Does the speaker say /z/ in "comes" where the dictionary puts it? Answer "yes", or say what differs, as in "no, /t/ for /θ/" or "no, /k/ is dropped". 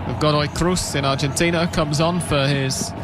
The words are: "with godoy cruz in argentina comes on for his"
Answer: yes